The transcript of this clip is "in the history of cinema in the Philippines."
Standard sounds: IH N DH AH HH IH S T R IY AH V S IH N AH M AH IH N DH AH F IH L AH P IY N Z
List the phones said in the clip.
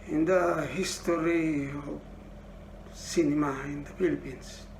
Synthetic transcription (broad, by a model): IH N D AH HH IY S T R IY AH B S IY N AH M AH IH N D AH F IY L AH P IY N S